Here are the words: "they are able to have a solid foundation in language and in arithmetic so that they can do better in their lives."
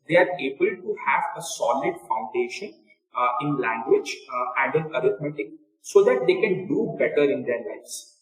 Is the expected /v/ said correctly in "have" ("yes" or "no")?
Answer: yes